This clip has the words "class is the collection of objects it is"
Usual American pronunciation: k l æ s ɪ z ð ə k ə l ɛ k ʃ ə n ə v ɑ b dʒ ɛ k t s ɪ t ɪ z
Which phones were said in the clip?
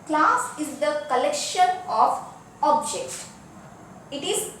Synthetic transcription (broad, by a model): k l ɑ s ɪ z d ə k ə l ɛ k ʃ ə n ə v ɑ b dʒ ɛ k t ɪ t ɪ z